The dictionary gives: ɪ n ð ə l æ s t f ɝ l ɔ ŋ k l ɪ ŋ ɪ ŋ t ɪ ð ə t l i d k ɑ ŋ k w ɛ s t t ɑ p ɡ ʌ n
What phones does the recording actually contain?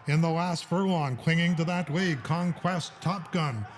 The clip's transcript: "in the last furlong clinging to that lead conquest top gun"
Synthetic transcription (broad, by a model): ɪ n ð ə l æ s t f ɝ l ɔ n k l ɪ ŋ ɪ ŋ t ɪ ð ə t w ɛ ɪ k ɑ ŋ k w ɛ s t t ɑ p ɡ ʌ n